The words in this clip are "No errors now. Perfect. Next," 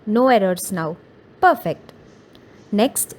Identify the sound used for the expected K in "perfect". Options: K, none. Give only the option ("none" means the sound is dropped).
K